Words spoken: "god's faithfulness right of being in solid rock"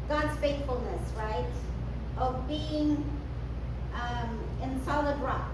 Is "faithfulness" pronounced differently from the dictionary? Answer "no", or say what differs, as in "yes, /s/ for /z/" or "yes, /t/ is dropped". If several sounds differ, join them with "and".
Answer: no